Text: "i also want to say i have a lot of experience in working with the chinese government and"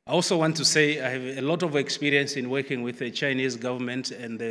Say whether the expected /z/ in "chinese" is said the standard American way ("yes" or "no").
yes